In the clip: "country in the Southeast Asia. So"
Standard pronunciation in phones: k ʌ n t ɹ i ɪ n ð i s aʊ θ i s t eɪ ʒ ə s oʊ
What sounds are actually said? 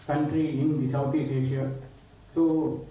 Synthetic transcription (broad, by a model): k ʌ n t ɹ i ɪ n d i s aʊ t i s eɪ ʃ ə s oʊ